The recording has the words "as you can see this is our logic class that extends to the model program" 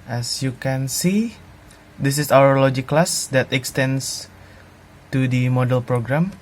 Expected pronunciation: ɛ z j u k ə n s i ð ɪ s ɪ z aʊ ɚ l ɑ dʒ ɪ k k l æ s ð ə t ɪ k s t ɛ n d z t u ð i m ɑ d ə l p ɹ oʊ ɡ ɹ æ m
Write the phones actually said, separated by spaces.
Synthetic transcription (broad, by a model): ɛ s j u k ə n s i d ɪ s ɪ s aʊ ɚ l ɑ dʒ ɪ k k l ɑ s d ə t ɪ k s t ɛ n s t u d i m ɑ d ə l p ɹ oʊ ɡ ɹ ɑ m